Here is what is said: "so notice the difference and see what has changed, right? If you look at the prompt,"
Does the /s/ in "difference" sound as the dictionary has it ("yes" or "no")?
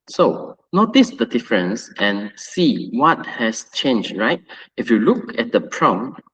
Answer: yes